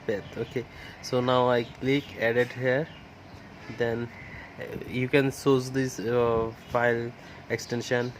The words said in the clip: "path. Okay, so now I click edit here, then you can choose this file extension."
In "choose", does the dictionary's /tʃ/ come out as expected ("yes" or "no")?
no